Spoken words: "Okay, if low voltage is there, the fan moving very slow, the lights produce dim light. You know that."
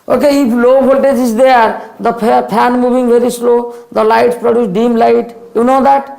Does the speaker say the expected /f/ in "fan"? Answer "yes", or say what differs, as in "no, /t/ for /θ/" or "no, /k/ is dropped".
no, /p/ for /f/